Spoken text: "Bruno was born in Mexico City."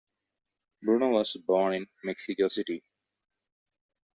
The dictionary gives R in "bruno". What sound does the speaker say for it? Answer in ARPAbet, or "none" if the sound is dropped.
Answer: R